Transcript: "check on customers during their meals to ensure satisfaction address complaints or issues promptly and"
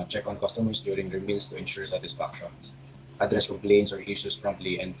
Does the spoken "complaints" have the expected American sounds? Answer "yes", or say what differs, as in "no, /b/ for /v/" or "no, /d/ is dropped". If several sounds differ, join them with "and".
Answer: no, /m/ is dropped